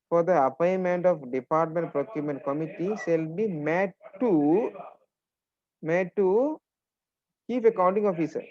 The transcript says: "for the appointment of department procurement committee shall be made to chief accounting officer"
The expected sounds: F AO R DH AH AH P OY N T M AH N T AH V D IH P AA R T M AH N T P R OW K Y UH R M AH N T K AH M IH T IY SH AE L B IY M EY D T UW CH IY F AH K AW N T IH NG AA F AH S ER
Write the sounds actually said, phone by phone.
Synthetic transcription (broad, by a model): F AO R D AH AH P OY N M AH N T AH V D IH P AA R T M AH N T P R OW K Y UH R M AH N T K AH M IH T IY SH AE L B IY M EY D T UW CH IY P AH K AW N T IH NG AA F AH S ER